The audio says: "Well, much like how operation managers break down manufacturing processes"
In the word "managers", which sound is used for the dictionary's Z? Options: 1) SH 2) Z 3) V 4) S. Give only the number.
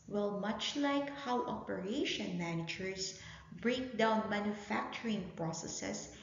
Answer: 4